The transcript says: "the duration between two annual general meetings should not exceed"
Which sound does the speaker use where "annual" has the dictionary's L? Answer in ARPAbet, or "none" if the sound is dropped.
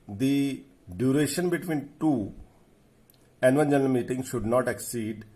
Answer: N